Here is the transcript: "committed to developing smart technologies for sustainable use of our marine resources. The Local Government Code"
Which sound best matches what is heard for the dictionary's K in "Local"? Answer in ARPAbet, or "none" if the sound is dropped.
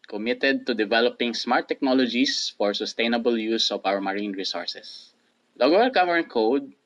none